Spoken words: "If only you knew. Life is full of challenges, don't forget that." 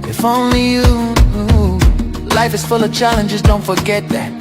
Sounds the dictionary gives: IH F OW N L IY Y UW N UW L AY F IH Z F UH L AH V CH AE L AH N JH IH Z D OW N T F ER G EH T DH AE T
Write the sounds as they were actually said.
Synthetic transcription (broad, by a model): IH F OW N L IY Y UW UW L AY F IH Z F UH L AH V CH AE L AH N JH IH Z D OW N T F ER G EH T DH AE T